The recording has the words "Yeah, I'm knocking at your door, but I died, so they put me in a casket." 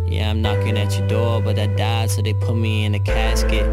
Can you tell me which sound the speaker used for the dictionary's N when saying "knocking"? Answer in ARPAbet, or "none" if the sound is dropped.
N